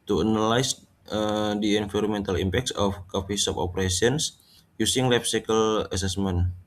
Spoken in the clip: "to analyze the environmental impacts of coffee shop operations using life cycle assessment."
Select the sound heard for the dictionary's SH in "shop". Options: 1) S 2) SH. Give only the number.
1